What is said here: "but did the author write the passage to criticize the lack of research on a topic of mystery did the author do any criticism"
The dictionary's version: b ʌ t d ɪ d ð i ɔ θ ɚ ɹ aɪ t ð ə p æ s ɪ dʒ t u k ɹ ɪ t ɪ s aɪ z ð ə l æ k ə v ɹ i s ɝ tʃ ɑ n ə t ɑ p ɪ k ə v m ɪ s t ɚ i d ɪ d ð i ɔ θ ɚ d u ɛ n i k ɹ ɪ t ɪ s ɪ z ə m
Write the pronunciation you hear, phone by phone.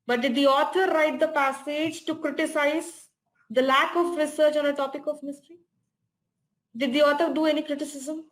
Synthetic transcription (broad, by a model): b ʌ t d ɪ d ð i ɔ t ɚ ɹ aɪ t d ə p æ s ɪ dʒ t u k ɹ ɪ t ɪ s aɪ z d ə l æ k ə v ɹ i s ɝ tʃ ɑ n ə t ɑ p ɪ k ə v m ɪ s t ɚ i d ɪ d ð i ɔ t ɚ d u ɛ n i k ɹ ɪ t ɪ s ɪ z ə m